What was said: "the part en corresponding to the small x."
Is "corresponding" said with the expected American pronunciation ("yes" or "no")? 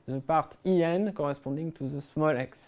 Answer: no